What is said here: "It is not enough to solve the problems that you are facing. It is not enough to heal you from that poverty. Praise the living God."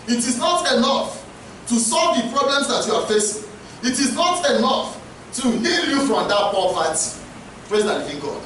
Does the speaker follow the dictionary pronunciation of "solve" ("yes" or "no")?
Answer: yes